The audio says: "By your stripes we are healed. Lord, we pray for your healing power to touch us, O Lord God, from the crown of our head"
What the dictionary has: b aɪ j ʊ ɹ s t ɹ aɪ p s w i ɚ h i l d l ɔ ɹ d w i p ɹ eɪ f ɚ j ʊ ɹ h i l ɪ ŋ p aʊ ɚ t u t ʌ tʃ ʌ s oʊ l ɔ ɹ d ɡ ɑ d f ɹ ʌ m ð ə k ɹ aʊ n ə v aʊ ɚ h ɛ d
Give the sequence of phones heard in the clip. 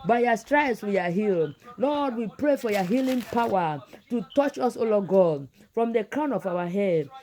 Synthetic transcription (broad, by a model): b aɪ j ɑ s t ɹ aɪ s w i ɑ h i l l ɔ d w i p ɹ eɪ f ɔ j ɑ h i l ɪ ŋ p aʊ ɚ t u t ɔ tʃ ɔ s oʊ l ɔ ɡ ɑ d f ɹ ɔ m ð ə k ɹ aʊ n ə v aʊ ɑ h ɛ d